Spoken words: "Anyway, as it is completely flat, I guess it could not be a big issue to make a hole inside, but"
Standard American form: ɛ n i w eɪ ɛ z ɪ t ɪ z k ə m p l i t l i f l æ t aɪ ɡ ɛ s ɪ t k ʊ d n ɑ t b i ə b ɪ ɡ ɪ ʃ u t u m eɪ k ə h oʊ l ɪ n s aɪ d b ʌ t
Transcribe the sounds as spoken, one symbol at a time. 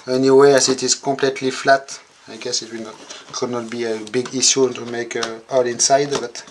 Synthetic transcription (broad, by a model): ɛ n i w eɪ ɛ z ɪ t ɪ z k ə p l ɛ t l i f l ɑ t aɪ ɡ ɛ s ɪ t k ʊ d n ɑ t b i ə b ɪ ɡ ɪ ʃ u t u m eɪ k ə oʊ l ɪ n s aɪ d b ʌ t